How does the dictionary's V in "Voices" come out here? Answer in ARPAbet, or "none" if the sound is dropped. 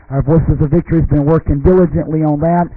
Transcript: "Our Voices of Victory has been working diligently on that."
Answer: V